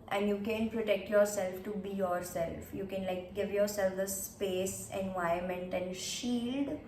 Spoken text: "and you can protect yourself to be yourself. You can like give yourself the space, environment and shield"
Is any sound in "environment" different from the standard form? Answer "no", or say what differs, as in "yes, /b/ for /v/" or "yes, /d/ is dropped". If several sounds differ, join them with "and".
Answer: yes, /ɹ/ is dropped